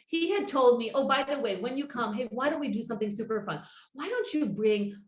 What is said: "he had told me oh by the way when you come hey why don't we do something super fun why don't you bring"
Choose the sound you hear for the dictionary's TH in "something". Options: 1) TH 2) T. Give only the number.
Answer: 1